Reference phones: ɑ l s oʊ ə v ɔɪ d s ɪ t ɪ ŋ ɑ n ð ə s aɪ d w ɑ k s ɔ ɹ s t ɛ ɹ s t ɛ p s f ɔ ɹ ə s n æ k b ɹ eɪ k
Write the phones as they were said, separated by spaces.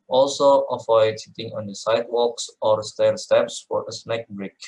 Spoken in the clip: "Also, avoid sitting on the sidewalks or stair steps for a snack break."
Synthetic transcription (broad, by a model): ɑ l s oʊ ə f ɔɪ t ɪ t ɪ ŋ ɑ n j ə s aɪ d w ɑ k s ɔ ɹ s t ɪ l s t ɛ p s f ɔ ɹ ə s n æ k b ɹ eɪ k